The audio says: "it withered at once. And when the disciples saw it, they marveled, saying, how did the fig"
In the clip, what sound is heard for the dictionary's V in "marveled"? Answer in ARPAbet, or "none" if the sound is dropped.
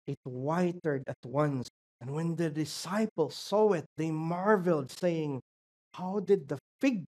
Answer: V